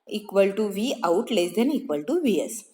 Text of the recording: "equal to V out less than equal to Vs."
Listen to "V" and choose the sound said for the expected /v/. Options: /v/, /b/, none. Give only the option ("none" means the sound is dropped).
/v/